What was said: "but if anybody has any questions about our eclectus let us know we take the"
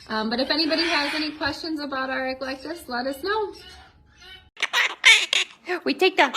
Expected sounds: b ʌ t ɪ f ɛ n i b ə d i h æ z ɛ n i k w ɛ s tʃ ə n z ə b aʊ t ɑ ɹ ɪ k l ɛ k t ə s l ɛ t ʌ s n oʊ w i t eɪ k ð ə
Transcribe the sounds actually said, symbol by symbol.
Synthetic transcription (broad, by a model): b ʌ t ɪ f ɛ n i b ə d i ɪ z ɛ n i k w ɛ s tʃ ə n z ə b aʊ t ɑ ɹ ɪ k l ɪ k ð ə s l ɛ t ʌ s n oʊ w i t eɪ k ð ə